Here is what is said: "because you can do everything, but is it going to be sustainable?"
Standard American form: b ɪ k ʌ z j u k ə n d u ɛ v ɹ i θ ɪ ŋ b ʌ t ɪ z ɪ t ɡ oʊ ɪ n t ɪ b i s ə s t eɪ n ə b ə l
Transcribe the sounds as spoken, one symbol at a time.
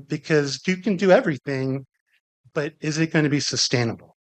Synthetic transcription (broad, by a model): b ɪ k ʌ z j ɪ k ə n d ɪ ɛ v ɹ i θ ɪ ŋ b ʌ t ɪ z ɪ t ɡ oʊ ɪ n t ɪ b i s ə s t eɪ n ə b l